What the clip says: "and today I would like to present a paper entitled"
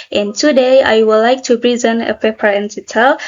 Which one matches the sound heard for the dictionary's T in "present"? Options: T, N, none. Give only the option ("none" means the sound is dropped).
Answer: none